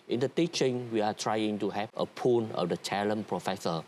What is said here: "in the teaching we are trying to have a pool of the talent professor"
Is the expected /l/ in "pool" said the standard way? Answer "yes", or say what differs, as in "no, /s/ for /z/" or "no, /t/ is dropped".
no, /n/ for /l/